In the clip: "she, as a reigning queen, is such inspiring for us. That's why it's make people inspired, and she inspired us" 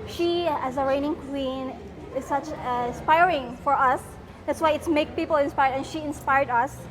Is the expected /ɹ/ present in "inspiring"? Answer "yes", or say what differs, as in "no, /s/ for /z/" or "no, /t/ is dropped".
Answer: yes